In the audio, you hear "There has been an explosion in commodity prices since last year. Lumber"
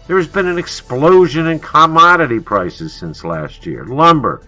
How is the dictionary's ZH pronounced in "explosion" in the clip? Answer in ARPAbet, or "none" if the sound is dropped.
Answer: ZH